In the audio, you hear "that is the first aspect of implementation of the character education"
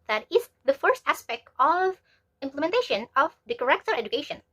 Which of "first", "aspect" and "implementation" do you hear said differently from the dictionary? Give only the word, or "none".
none